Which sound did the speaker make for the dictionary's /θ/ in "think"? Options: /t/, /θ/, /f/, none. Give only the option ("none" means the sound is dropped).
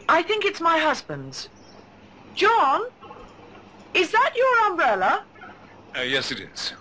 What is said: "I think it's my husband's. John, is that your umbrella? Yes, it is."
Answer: /θ/